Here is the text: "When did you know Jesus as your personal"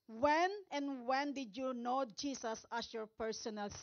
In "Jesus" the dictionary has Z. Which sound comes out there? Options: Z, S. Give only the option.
S